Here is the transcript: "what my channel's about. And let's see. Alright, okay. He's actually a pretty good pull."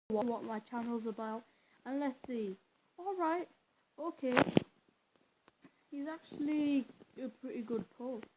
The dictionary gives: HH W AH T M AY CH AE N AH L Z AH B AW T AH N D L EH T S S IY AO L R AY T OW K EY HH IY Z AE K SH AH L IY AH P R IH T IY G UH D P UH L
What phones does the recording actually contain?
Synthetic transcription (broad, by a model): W W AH T M AY CH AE N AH L Z AH B AW T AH N L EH T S S IY AO L R AY T OW K EY HH IY Z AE K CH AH L IY AH P R IH T IY G UH D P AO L